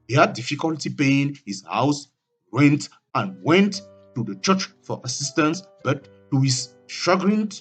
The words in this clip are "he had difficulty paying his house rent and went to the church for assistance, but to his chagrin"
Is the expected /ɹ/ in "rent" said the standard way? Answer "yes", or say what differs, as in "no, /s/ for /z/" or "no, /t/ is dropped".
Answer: no, /w/ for /ɹ/